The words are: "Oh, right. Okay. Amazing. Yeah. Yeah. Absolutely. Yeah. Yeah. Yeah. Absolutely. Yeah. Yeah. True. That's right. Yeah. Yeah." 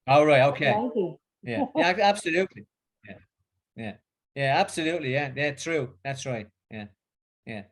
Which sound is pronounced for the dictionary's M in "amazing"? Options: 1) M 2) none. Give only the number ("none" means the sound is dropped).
2